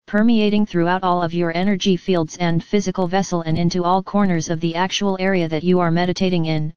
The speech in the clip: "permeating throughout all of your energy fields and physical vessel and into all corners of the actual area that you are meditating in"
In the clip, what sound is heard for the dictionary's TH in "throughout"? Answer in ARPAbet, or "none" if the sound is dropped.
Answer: TH